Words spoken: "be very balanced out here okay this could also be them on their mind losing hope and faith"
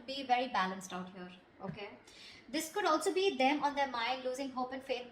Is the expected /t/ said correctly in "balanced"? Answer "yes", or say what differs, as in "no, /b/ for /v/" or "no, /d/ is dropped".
yes